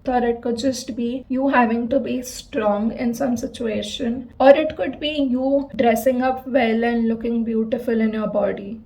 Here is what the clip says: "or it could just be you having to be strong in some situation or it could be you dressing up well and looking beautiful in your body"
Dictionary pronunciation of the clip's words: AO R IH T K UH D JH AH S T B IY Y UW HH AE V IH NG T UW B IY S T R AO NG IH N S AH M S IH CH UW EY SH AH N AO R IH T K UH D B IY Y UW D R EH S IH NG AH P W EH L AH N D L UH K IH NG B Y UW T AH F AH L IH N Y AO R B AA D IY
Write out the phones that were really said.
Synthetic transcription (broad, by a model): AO R IH T K UH D JH AH S T B IY Y UW HH AE V IH NG T UW B IY S T R AO NG IH N S AH M S IH CH UW EY SH AH N AO R IH T K UH D B IY Y UW D R EH S IH NG AH P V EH L AH N D L UH K IH NG B Y UW T AH F AH L IH N Y AO R B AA D IY